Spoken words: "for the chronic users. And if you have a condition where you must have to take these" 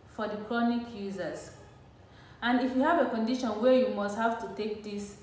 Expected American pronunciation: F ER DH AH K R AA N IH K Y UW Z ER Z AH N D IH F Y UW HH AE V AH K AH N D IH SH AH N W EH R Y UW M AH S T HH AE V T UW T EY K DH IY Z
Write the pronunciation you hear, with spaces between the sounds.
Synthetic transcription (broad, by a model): F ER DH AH K R AA N IH K Y UW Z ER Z AH N D IH F Y UW HH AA V AH K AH N D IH SH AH N W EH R Y UW M AH S T HH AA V T UW T EY K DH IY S